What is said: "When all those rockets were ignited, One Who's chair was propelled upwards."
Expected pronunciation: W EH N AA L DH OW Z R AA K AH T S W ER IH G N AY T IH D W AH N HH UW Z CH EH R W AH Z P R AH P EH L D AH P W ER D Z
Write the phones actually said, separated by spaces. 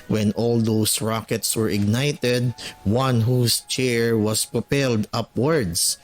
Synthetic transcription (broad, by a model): W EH N AA L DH OW S R AA K AH T S W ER IH G N AY T IH D W AH N HH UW S CH EH R W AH S P R AH P EH L D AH P W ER D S